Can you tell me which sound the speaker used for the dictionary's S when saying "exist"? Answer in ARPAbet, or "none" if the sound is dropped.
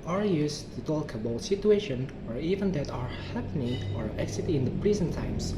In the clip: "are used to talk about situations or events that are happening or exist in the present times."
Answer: none